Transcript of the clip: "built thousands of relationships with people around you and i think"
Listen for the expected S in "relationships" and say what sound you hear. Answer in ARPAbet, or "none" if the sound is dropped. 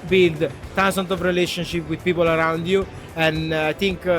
none